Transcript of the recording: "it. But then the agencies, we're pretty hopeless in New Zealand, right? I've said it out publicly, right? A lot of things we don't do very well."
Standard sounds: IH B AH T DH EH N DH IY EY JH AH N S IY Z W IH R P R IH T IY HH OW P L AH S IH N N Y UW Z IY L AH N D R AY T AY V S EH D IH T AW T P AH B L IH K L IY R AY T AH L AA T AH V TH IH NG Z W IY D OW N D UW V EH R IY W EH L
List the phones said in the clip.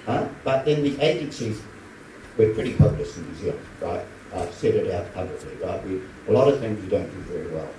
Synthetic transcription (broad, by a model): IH B AH T DH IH N DH IY EY JH AH N S IY Z W IH R P R IH T IY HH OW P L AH S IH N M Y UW Z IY AH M R AY T AY V S EH D IH T AW T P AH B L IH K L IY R AY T AH L AA T AH V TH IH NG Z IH D OW N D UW V EH R IY W EH L